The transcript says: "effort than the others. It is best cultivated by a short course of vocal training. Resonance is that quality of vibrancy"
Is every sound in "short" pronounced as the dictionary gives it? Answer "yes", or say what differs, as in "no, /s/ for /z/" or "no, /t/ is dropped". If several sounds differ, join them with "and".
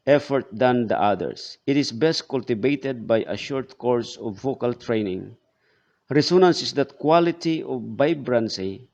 yes